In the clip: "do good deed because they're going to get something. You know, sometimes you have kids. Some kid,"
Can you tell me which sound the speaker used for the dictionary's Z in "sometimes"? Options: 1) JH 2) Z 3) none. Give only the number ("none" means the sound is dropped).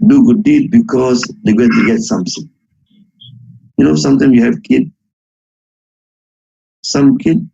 3